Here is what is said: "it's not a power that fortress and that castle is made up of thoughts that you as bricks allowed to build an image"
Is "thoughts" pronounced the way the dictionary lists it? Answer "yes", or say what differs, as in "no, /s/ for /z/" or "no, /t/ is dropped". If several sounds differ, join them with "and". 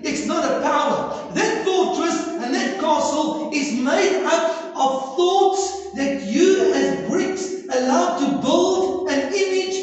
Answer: yes